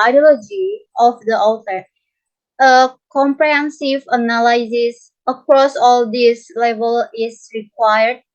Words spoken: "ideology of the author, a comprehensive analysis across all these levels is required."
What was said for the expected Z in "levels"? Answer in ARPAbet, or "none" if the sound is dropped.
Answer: none